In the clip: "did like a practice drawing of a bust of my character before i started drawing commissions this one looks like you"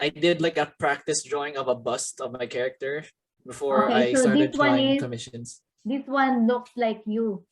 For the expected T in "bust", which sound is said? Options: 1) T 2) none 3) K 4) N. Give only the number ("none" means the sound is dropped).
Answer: 1